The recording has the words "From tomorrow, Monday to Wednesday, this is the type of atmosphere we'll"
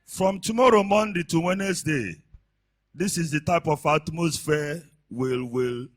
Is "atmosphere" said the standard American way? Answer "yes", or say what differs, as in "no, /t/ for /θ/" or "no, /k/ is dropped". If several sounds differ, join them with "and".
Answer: no, /l/ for /ɹ/